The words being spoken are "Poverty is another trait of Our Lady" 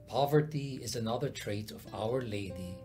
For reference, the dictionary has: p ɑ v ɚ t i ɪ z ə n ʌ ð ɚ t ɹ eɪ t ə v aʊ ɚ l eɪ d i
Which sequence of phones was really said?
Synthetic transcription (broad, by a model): p ɑ v ɚ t i ɪ z ə n ʌ ð ɚ t ɹ eɪ t ə v aʊ ɚ l eɪ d i